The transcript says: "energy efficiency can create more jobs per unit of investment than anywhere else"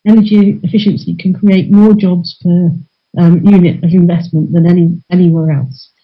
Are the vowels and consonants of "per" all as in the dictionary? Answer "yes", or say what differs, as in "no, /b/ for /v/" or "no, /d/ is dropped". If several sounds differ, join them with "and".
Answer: no, /f/ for /p/